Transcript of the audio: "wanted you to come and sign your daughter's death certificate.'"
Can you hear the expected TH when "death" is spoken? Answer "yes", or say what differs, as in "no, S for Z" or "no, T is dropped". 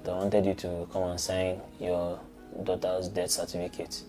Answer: no, T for TH